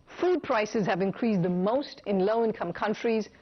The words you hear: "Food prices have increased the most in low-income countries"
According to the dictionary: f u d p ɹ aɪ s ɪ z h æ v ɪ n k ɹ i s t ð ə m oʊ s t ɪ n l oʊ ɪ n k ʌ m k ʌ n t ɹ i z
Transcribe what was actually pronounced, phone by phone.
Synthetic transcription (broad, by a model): f u d p ɹ aɪ s ɪ z h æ v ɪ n k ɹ i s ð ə m oʊ s t ɪ n l oʊ ɪ n k ʌ m k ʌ n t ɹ i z